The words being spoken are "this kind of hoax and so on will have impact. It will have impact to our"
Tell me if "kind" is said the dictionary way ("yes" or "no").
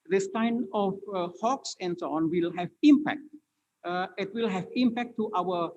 no